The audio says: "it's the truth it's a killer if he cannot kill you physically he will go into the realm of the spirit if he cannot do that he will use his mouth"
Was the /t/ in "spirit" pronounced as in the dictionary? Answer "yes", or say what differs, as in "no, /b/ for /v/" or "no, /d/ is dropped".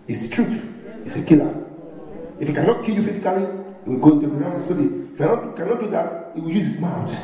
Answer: no, /t/ is dropped